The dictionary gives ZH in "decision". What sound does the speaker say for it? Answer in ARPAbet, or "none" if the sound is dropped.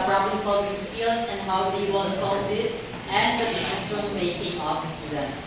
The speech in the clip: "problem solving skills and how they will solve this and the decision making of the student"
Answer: SH